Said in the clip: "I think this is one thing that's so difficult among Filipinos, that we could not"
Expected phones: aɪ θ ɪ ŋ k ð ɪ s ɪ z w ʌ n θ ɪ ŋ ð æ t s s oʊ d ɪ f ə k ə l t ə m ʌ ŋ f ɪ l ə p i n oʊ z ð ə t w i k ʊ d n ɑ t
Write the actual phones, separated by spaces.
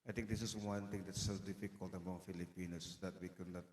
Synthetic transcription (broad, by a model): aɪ t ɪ ŋ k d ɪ s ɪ s w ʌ n t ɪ ŋ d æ t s s oʊ d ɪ f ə k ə l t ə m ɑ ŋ f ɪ l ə p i n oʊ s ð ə t w i k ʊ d n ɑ t